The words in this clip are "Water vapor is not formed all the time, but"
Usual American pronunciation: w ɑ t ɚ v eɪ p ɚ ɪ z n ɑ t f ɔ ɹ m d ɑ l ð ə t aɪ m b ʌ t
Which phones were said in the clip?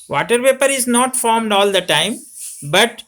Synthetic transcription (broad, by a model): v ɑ t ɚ p eɪ p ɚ ɪ z n ɑ t f ɔ ɹ m d ɑ l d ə t aɪ m b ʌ t